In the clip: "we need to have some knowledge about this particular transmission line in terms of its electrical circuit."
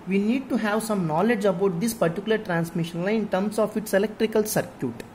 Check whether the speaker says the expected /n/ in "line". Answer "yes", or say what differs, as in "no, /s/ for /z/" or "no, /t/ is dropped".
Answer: no, /n/ is dropped